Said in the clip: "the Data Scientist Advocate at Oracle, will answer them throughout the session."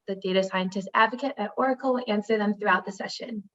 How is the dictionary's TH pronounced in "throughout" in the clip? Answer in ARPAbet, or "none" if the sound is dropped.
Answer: TH